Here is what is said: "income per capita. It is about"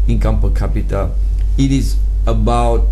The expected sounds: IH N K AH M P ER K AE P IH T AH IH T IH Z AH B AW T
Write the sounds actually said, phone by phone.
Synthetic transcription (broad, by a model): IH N K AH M F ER K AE P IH T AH IH T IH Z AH B AW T